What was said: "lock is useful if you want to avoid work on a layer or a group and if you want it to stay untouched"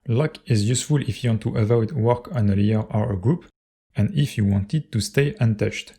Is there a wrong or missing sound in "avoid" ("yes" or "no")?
yes